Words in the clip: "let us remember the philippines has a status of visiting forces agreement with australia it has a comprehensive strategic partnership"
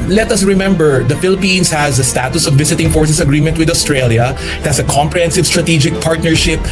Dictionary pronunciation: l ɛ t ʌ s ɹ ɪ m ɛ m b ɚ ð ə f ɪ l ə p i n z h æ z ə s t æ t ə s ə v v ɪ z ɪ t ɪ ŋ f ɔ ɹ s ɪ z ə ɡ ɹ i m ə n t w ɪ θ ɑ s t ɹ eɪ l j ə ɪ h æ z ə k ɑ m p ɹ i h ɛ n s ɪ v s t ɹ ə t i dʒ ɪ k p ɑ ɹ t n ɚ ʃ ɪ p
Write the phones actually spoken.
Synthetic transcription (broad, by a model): l ɛ t ʌ s ɹ ɪ m ɛ m b ɚ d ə f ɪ l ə p i n s h æ z ə s t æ t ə s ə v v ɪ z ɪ t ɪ ŋ f ɔ ɹ s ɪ s ə ɡ ɹ i m ə n t w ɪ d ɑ s t ɹ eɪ l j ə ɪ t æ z ə k ɑ m p ɹ i h ɛ n s ɪ v s t ɹ ə t i dʒ ɪ k p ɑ ɹ t n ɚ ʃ ɪ p